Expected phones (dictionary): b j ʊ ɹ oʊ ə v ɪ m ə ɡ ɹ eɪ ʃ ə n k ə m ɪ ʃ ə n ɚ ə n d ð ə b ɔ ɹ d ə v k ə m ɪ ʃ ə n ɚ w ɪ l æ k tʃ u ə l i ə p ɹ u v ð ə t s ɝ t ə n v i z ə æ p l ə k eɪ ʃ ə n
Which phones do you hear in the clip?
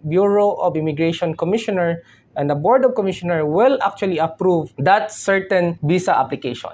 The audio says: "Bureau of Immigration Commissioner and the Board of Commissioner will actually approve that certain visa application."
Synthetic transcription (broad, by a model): b j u ɹ oʊ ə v ɪ m ə ɡ ɹ eɪ ʃ ə n k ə m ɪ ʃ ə n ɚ ə n d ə b ɔ ɹ d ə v k ə m ɪ ʃ ə n ɚ w ɪ l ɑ k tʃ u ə l i ə p ɹ u v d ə t s ɝ t ə n b i s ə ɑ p l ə k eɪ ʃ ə n